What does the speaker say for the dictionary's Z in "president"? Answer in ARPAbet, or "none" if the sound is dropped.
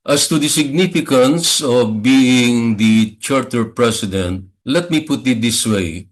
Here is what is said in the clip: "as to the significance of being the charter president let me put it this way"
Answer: S